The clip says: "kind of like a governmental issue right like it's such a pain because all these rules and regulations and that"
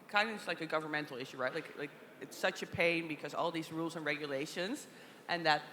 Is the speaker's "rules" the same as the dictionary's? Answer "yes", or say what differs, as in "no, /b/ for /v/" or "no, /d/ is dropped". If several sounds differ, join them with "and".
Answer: yes